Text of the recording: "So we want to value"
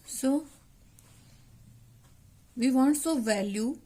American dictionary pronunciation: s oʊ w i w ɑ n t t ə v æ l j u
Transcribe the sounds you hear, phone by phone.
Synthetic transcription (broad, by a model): s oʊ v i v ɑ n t s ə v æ l j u